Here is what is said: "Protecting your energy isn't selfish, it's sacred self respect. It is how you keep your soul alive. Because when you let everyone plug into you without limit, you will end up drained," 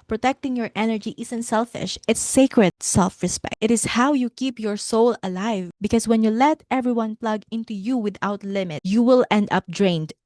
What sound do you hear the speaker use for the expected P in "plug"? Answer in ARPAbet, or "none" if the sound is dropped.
P